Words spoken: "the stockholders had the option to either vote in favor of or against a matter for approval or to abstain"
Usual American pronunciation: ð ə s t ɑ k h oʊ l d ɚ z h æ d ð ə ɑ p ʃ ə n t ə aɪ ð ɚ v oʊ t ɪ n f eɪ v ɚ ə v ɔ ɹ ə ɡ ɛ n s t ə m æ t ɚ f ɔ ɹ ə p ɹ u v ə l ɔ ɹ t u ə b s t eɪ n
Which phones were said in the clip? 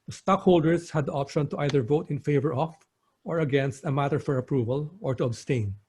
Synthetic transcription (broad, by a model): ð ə s t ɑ k h oʊ l d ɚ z h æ d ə ɑ p ʃ ə n t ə aɪ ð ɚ v oʊ t ɪ n f eɪ v ɚ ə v ɔ ɹ ə ɡ ɛ n s t ə m æ t ɚ f ɔ ɹ ə p ɹ u v ə l ɔ ɹ t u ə b s t eɪ n